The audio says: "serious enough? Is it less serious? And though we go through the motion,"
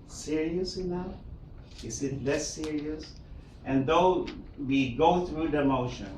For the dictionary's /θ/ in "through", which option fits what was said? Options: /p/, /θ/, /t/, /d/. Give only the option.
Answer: /θ/